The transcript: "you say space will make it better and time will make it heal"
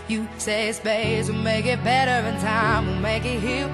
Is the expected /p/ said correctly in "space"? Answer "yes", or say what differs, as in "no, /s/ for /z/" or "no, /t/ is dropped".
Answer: no, /b/ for /p/